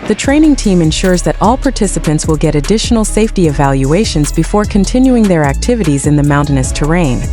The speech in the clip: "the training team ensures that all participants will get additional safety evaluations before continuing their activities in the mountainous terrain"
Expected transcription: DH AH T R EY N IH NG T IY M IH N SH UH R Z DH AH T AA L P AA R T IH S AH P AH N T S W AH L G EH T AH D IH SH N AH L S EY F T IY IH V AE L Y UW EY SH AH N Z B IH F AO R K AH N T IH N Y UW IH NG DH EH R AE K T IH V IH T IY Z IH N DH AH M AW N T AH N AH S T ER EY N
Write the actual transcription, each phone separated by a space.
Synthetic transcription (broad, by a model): DH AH T R EY N IH NG T IY M IH N SH UH R Z DH AH T AA L P AA R T IH S AH P AH N T S W AH L G EH T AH D IH SH N L S EY F T IY IH V AE L Y UW EY SH AH N Z B IH F AO R K AH N T IH N Y UW IH NG DH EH R AE K T IH V IH T IY Z IH N DH AH M AW N T AH N AH S T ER EY N